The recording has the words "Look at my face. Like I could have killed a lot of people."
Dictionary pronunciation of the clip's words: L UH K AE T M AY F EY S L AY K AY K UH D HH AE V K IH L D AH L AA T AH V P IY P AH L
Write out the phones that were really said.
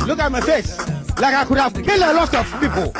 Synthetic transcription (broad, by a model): L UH K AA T M AY F EY S L AY K AY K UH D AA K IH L AH L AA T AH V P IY P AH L